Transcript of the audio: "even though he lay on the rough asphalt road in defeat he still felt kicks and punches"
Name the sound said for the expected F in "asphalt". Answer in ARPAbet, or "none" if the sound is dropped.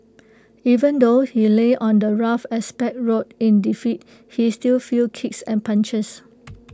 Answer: P